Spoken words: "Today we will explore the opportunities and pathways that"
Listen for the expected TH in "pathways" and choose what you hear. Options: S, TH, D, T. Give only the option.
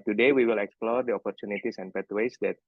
T